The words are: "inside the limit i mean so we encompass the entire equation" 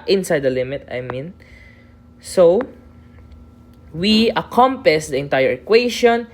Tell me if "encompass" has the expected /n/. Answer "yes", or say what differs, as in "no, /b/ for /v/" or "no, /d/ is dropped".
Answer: no, /n/ is dropped